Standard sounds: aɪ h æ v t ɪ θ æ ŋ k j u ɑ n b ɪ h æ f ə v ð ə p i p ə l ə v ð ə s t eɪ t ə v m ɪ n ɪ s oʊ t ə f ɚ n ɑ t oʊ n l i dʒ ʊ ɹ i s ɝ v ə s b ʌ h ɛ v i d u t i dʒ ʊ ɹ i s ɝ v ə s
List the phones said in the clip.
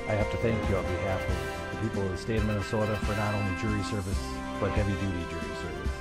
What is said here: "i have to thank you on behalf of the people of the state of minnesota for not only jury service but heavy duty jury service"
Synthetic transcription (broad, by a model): aɪ h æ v t ɪ θ æ ŋ k j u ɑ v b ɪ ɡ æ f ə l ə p i p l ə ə s t eɪ ə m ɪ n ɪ s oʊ t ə f ɚ n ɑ t oʊ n l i dʒ ʊ ɹ i s ɝ v ə s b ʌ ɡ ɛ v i d u t i dʒ ʊ ɹ i s ɝ v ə s